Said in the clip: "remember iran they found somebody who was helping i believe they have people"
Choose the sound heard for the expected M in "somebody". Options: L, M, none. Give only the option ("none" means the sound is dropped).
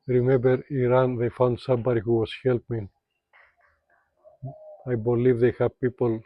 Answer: M